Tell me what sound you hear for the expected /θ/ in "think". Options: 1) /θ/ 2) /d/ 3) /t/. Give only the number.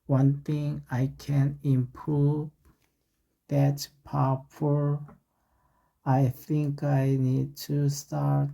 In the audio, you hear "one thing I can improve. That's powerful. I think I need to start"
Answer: 1